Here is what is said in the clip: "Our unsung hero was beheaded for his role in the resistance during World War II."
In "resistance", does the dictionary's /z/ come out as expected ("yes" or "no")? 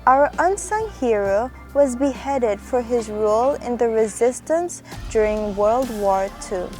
yes